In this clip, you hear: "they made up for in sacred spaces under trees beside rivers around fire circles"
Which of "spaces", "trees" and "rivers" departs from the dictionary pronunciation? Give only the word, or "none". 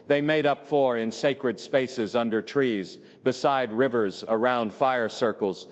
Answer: none